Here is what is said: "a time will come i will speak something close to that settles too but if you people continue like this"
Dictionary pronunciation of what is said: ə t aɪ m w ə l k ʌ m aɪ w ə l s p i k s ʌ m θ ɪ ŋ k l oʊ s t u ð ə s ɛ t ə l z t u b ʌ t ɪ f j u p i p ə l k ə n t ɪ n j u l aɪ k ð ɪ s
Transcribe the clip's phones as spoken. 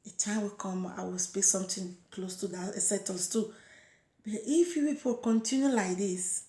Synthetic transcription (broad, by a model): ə t aɪ m w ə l k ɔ m aɪ w ə l s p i s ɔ m t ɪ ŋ k l oʊ s t u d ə s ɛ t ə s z t u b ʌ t ɪ f j u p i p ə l k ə n t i n j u l aɪ k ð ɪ s